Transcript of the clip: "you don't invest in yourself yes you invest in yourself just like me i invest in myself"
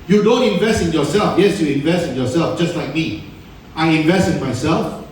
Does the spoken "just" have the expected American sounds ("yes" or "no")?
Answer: yes